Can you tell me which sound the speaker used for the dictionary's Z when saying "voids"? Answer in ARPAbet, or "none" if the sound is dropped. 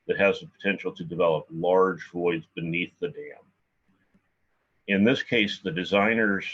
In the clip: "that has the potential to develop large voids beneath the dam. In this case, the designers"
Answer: Z